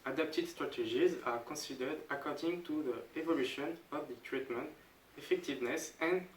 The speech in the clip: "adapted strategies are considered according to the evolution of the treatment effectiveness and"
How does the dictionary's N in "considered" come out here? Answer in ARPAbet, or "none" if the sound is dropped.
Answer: none